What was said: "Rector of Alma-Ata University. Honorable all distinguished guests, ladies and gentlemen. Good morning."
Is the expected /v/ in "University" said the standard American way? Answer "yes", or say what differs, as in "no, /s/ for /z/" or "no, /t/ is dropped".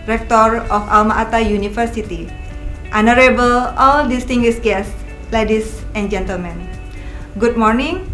no, /f/ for /v/